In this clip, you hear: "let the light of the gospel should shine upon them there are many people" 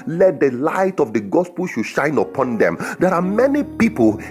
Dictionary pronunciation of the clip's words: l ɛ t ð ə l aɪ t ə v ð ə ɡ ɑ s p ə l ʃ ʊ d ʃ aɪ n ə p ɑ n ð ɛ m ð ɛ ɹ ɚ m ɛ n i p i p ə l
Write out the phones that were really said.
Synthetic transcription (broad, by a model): l ɛ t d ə l aɪ t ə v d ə ɡ ɑ s p ə l ʃ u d ʃ aɪ n ə p ɑ n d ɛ m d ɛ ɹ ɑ m ɛ n i p i p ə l